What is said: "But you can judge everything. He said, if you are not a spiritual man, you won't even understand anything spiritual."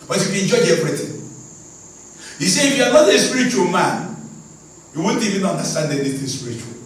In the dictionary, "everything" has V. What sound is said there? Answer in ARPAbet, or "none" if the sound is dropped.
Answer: P